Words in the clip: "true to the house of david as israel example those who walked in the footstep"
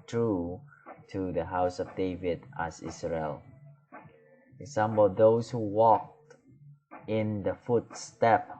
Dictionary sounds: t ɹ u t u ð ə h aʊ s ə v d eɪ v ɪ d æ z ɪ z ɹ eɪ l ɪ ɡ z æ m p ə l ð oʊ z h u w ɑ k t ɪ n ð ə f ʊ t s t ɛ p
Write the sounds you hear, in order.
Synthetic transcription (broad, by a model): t ɹ u t u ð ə h aʊ s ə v d eɪ v ɪ d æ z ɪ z ɹ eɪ l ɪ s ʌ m b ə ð oʊ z h u w ɑ k t ɪ n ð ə f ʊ t s t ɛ p